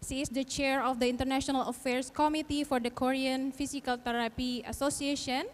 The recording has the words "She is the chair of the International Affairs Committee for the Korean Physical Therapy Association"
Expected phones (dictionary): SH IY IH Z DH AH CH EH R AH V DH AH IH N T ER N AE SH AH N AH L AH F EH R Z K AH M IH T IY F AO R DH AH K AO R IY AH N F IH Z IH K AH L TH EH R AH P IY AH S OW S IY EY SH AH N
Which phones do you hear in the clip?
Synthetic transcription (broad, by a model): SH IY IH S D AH CH EH R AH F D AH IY N T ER N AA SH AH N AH L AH F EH R S K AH M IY T IY F AO R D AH K AO R IY AH N F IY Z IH K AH L T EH R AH P IY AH S OW S IY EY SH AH N